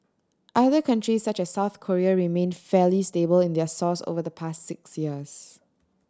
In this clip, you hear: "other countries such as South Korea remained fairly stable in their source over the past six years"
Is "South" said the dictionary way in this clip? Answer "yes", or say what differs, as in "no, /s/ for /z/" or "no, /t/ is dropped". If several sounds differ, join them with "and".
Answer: yes